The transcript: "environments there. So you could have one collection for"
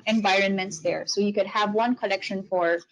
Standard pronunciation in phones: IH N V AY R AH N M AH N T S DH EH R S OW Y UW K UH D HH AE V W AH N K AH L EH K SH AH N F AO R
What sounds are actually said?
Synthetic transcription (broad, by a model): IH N V AY R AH N M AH N T S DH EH R S OW Y UW K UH D HH AE V W AH N K AH L EH K SH AH N F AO R